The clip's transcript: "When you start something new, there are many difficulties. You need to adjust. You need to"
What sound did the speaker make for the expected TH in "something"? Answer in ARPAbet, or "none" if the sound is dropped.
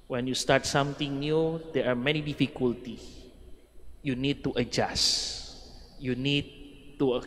T